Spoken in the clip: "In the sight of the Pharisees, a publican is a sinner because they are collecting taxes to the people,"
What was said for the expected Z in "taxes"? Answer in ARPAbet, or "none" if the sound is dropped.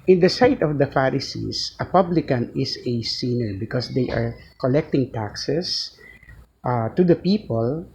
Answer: S